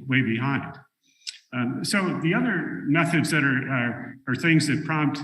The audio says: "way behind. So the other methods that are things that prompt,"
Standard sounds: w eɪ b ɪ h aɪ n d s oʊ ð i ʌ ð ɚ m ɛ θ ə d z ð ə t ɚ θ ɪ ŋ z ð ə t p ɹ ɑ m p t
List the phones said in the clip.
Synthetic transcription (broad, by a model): w eɪ b ɪ h aɪ n d s oʊ ð i ʌ ð ɚ m ɛ θ ə d z ð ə t ɚ θ ɪ ŋ z ð ə t p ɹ ɑ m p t